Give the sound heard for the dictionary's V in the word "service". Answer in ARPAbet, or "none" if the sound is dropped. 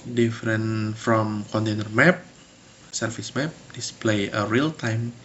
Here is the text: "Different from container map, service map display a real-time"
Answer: F